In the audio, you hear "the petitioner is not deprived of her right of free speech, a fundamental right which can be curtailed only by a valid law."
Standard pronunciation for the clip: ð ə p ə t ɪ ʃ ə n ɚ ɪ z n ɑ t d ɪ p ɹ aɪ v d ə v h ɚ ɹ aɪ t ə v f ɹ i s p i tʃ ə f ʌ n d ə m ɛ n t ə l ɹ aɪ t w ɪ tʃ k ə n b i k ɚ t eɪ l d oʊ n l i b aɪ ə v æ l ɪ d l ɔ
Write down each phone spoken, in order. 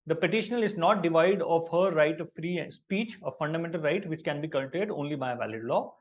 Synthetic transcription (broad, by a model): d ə p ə t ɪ ʃ ə n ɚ ɪ z n ɑ t d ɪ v aɪ d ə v h ɚ ɹ aɪ t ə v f ɹ i s p i tʃ ə f ʌ n d ə m ɛ n t ə l ɹ aɪ t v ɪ tʃ k ə n b i k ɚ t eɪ d oʊ n l i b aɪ ə v æ l ɪ d l ɔ